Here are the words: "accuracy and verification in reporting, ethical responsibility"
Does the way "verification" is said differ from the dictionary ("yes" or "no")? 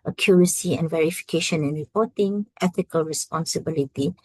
no